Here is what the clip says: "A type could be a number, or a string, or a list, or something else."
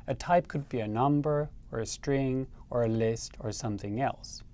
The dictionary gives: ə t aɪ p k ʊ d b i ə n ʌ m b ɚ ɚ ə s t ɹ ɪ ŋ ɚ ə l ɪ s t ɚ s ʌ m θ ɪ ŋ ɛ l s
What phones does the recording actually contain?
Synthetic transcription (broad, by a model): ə t aɪ p k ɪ d b i ə n ʌ m b ɚ ɚ ə s t ɹ ɪ ŋ ɚ ə l ɪ s t ɚ s ʌ m θ ɪ ŋ ɛ l s